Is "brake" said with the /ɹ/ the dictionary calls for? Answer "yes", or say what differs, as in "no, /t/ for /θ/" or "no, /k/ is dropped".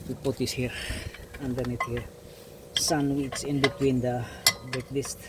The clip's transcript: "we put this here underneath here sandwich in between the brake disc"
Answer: no, /ɹ/ is dropped